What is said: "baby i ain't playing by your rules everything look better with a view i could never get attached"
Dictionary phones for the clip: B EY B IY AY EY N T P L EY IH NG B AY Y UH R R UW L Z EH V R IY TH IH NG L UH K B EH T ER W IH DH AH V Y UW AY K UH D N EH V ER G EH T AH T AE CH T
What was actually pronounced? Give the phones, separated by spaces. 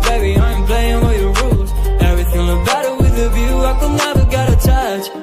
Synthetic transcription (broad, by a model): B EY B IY AY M P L EY IH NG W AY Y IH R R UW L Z EH V R IY TH IH NG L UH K B EH T ER W IH DH AH V Y UW AY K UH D N EH V ER G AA T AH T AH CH